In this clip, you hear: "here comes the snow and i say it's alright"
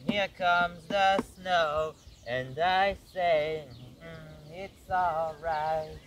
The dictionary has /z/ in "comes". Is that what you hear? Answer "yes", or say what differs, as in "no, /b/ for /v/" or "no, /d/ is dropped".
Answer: yes